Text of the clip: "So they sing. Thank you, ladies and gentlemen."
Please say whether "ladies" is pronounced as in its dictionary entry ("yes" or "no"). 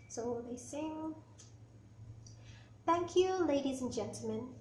yes